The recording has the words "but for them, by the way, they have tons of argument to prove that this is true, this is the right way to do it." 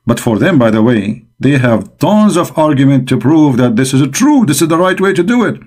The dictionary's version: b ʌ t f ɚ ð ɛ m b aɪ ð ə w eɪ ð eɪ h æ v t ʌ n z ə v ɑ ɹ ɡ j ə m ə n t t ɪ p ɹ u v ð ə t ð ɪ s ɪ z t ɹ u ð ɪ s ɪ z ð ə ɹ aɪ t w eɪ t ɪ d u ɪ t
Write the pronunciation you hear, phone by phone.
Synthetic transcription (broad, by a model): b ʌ t f ɚ ð ɛ m b aɪ ð ə w eɪ ð eɪ h æ v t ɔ n z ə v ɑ ɹ ɡ j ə m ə n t t ɪ p ɹ u v ð ə t ð ɪ s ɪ z t ɹ u ð ɪ s ɪ z ð ə ɹ aɪ t w eɪ t ɪ d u ɪ t